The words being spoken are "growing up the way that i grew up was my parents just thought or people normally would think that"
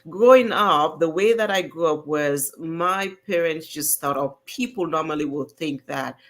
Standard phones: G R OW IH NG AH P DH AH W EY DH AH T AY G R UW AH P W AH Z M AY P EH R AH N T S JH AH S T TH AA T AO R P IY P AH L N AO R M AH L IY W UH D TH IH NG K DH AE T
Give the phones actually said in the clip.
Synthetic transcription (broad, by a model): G R OW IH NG AH P DH AH W EY DH AH T AY G R UW AH P W AH Z M AY P EH R AH N T S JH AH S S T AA T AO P P IY P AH L N AO R M AH L IY W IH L TH IH NG K DH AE T